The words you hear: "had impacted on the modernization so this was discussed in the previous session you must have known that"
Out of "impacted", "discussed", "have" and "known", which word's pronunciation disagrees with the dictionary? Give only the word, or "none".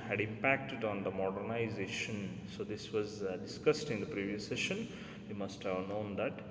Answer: none